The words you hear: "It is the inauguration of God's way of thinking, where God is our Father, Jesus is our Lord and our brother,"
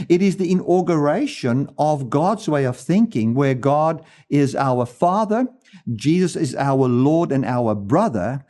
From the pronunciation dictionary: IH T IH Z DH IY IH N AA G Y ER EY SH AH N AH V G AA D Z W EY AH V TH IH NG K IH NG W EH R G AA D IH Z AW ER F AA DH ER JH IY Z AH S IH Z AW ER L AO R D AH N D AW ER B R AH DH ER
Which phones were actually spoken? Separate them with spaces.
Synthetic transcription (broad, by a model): IH T IH Z DH IY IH N AA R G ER EY SH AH N AH V G AA D Z W EY AH V TH IH NG K IH NG W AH R G AA D IH Z AW ER F AA DH ER JH IY Z AH S IH Z AW ER L AO R D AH N AW ER B R AH DH ER